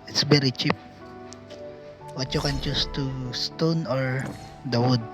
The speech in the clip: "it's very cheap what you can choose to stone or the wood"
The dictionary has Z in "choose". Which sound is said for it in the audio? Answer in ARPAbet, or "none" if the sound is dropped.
S